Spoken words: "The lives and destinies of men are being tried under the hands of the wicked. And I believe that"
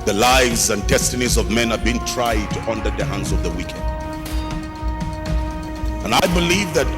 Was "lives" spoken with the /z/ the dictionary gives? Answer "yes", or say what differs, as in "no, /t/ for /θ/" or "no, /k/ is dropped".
yes